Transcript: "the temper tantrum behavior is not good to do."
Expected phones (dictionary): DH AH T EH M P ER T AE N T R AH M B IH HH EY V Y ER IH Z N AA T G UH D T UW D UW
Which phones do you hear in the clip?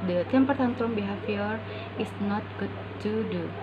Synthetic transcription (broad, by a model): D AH T EH M P ER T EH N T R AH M B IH HH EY F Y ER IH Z N AA T G UH D T UW D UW